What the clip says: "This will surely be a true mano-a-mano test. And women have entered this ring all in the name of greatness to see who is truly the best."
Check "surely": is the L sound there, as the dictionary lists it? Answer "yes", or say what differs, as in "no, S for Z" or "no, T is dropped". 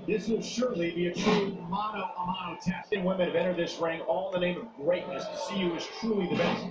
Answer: yes